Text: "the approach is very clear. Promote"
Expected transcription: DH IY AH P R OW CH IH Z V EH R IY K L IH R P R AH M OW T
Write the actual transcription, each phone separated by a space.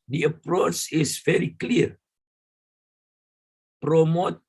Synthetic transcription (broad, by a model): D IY AH P R OW CH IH S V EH R IY K L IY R P R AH M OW T